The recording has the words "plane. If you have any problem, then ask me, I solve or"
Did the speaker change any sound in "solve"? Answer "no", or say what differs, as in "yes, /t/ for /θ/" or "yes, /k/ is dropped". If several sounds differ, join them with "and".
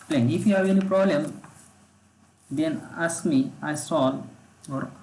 yes, /v/ is dropped